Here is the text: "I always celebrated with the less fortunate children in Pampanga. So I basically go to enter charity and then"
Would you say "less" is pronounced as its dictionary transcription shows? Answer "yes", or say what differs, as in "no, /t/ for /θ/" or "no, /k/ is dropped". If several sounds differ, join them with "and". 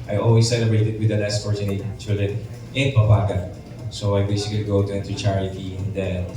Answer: no, /n/ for /l/